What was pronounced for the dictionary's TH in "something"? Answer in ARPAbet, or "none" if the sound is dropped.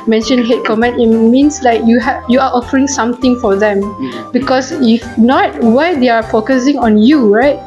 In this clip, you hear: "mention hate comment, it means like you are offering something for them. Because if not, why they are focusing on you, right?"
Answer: T